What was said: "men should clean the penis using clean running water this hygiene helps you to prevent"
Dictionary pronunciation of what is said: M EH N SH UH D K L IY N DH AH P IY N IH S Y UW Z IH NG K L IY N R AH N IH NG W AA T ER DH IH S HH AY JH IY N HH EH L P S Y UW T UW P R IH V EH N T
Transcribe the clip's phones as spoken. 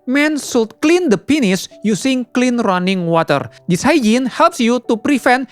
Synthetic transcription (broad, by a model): M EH N S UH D K L IY N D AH P IY N IH S Y UW S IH NG K L IY N R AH N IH NG W AA T ER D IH S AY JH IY N HH EH L P S Y UW T UW P R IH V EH N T